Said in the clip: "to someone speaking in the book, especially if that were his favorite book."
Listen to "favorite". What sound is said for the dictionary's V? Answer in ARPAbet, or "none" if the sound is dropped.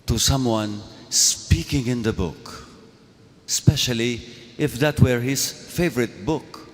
V